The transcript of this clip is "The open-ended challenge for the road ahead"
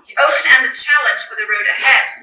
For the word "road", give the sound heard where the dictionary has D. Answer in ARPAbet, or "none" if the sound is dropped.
D